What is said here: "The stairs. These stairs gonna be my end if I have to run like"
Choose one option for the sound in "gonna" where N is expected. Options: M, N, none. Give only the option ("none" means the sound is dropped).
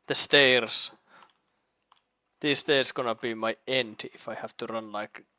N